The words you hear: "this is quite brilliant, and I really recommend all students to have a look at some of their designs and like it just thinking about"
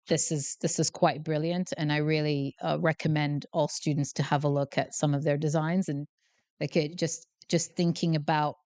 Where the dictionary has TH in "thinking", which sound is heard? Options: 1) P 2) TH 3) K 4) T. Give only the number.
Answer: 2